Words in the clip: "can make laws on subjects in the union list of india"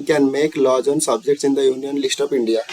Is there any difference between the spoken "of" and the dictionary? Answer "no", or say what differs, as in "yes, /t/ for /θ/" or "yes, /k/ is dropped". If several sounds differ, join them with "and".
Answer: yes, /p/ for /v/